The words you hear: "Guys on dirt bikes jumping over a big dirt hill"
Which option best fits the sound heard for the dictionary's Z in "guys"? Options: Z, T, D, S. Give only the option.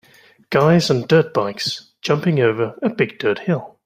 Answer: Z